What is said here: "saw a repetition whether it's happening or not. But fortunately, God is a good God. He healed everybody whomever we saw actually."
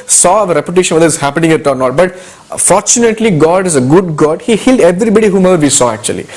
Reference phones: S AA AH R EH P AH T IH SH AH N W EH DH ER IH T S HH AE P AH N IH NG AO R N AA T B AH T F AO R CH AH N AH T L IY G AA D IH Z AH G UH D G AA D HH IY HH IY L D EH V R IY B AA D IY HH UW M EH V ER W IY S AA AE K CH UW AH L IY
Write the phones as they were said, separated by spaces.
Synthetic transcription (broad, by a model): S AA AH R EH P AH T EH SH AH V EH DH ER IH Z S HH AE P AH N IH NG AO R N AA T B AH T F AO R CH AH N AH T L IY G AA D IH Z AH G UH D G AA D HH IY HH IY L D EH V R IY B AA D IY HH UW M EH V ER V IY S AA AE K CH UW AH L IY